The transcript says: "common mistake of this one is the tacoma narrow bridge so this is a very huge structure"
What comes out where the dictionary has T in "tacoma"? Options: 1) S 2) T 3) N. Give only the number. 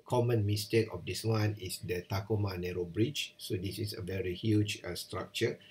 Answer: 2